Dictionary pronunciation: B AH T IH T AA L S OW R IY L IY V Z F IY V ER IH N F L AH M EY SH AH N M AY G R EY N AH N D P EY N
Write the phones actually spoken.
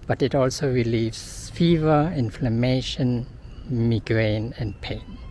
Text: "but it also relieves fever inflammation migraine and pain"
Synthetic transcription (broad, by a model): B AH T IH T AA L S OW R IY L IY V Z F IY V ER IH N F L AH M EY SH AH N M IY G R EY N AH N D P EY N